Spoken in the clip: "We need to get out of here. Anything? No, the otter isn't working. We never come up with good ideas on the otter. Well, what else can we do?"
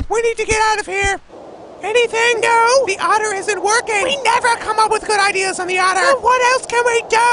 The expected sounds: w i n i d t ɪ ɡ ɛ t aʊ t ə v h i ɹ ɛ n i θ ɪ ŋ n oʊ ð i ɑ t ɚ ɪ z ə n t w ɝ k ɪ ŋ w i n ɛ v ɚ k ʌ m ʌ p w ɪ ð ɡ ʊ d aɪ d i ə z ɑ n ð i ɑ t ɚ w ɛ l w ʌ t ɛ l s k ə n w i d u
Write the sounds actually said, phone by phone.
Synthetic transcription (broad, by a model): w i n i d t ɪ ɡ ɛ t aʊ t ə v h i ɹ ɛ n i θ ɪ ŋ n oʊ ð i ɑ t ɚ ɪ z ə n t w ɝ k ɪ ŋ w i n ɛ v ɚ k ʌ m ʌ p w ɪ ð ɡ ʊ d aɪ d i ə z n ð i ɑ t ɚ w w ʌ t ɛ l s k ə n w i d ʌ